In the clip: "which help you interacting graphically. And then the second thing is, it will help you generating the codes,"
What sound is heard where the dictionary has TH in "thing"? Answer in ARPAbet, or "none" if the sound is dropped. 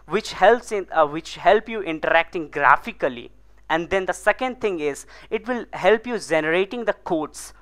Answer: T